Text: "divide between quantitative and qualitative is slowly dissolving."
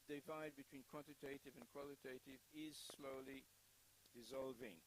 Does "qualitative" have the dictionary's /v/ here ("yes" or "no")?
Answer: yes